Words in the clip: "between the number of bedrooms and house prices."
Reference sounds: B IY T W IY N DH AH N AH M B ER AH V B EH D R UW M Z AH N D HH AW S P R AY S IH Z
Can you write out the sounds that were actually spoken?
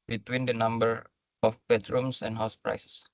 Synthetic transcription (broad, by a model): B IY T W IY N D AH N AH M B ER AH F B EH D R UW M S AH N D HH AW S P R AY S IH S